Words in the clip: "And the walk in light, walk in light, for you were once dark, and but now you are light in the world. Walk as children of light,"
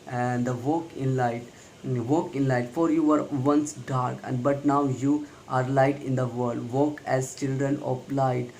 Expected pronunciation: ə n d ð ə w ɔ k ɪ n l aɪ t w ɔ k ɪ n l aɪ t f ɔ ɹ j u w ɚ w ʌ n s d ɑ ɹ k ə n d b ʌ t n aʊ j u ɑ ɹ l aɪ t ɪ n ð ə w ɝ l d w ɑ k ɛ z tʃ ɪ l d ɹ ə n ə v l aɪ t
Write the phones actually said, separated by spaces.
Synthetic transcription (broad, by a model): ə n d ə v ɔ k ɪ n l aɪ t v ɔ k ɪ n l aɪ t f ɔ ɹ j u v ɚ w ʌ n s d ɑ ɹ k ə n d b ʌ t n aʊ j u ɑ ɹ l aɪ t ɪ n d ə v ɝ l d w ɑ k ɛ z tʃ ɪ l d ɹ ə n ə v l aɪ t